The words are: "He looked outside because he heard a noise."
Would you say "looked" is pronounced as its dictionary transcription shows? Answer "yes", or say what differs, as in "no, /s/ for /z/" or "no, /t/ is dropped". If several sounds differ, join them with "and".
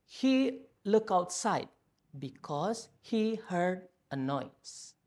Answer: no, /t/ is dropped